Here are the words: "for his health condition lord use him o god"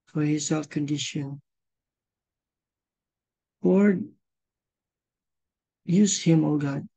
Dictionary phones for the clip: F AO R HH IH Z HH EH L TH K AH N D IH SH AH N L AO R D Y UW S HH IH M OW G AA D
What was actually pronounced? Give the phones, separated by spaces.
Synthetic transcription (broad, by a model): F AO R HH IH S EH L F K AH N D IH SH AH N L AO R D Y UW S HH IH M OW G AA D